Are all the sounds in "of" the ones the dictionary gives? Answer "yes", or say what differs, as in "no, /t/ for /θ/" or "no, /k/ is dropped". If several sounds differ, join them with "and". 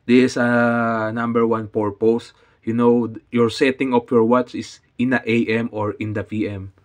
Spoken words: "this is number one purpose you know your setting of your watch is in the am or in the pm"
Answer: no, /p/ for /v/